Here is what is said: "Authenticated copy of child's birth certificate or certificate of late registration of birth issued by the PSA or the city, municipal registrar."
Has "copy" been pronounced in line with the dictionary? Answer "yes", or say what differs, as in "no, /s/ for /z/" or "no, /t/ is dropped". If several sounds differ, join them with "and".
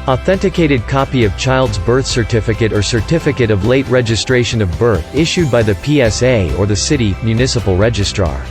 yes